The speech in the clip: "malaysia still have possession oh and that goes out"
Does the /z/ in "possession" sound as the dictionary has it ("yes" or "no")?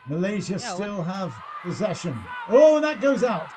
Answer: yes